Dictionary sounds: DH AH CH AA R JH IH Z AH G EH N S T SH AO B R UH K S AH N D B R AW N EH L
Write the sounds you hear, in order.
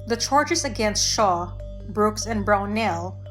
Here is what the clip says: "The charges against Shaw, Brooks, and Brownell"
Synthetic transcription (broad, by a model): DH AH CH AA R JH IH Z AH G EH N S T SH AO B R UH K S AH N B R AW N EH L